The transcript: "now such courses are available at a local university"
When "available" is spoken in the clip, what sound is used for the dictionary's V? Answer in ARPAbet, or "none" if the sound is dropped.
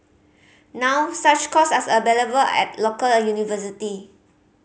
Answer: B